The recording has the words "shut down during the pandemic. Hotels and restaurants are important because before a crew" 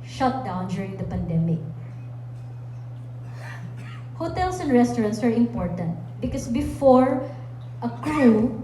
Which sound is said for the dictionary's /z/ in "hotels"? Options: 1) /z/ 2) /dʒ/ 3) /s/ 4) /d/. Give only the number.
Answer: 3